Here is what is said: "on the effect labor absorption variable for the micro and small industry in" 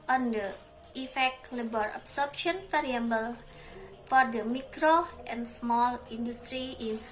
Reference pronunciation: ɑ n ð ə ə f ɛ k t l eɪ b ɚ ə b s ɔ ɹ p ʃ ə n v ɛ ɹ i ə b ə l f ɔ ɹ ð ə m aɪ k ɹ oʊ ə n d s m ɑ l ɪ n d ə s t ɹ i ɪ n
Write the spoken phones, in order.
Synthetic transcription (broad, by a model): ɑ n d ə ə f ɛ k t l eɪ b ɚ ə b s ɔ ɹ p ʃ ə n f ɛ ɹ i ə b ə l f ɔ ɹ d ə m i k ɹ oʊ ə n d s m ɑ l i n d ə s t ɹ i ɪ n